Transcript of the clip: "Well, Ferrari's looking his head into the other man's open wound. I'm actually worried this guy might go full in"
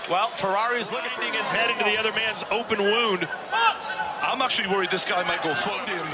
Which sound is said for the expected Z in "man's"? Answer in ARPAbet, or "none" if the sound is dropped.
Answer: Z